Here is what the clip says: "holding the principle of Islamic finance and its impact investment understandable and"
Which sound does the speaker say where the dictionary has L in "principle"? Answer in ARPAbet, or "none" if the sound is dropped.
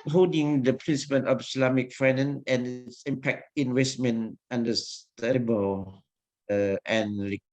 N